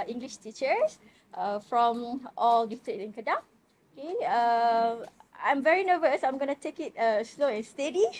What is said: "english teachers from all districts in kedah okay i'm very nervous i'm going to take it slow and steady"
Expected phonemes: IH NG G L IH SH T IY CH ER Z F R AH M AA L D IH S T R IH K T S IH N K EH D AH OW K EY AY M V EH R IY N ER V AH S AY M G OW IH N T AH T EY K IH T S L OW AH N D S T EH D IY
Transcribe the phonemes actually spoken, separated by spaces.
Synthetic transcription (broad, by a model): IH NG G L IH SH T IY CH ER S F R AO M AA L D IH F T IH T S IH N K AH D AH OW K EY AY M V EH R IY N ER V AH S AY M G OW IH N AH T EY K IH T S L OW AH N S T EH D IY